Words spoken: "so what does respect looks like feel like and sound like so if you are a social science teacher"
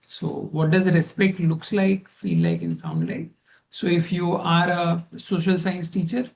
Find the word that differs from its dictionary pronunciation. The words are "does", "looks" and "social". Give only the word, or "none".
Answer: none